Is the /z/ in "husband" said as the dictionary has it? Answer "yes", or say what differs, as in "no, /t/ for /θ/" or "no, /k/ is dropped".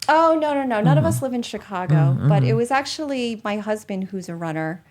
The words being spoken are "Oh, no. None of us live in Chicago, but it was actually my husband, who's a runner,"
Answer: yes